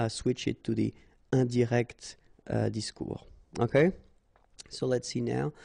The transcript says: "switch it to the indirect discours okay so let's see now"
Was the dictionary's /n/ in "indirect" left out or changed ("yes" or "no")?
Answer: yes